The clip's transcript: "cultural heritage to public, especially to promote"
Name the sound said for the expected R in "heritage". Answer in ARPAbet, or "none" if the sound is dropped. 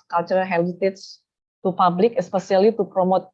L